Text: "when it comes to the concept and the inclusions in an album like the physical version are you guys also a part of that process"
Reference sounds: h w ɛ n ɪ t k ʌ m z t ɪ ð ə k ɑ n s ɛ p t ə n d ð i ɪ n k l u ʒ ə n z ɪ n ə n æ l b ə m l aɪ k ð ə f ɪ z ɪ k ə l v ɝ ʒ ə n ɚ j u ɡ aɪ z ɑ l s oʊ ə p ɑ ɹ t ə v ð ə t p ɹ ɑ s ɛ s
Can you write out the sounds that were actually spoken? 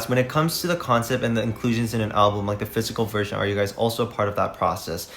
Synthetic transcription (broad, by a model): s w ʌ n ɪ t k ʌ m z t ɪ ð ə k ɑ n s ɛ p t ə n ð i ɪ n k l u ʒ ə n z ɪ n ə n æ l b ə m l aɪ k ð ə f ɪ z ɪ k l v ɝ ʒ ə n ɚ j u ɡ aɪ z ɑ l s oʊ ə p ɑ ɹ t ə v ð ə t p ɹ ɑ s ɛ s